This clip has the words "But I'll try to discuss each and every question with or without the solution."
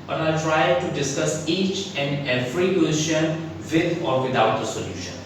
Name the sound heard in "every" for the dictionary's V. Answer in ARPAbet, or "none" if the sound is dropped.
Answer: F